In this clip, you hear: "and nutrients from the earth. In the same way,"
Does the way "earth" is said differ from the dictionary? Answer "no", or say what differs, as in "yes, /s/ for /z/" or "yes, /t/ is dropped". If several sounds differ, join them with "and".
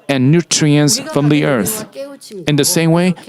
no